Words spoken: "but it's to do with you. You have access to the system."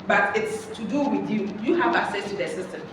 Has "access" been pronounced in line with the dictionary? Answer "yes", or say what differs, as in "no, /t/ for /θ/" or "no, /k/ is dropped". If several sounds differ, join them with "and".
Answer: no, /k/ is dropped